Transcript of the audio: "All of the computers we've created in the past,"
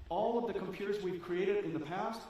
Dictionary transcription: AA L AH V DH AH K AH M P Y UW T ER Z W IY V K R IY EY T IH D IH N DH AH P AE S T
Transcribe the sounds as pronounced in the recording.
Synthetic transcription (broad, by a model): AA L AH V DH AH K AH M P Y UW T ER Z W IY V K R IY EY T IH D IH N DH AH P AE S T